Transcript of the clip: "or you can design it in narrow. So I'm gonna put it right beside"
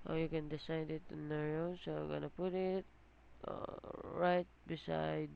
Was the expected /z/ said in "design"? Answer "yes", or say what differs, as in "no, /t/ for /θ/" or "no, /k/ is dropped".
no, /s/ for /z/